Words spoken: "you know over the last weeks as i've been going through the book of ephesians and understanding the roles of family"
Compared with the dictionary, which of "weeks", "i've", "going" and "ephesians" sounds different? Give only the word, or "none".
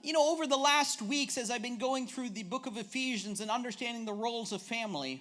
none